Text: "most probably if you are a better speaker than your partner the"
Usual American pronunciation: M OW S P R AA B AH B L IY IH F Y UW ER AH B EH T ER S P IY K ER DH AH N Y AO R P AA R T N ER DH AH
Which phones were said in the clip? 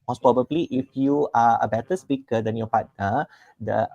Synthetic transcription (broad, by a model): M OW S P R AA B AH B L IY IH F Y UW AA AH B EH T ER S P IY K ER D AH N Y AO P AA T ER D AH